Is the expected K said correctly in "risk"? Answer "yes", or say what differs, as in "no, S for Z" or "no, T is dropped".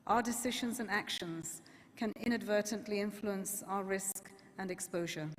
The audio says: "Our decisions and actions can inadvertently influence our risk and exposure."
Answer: yes